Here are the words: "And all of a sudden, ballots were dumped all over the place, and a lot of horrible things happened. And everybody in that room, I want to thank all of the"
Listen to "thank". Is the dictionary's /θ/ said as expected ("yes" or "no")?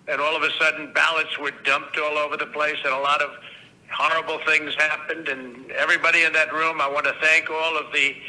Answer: yes